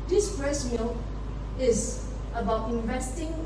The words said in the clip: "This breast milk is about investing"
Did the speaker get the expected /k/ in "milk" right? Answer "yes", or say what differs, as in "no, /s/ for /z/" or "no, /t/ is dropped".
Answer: no, /k/ is dropped